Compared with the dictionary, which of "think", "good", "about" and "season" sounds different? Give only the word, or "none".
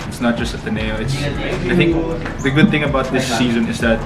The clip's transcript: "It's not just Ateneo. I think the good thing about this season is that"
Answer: none